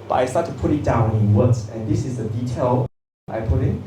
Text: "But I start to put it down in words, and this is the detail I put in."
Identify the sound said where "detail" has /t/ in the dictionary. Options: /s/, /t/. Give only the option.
/t/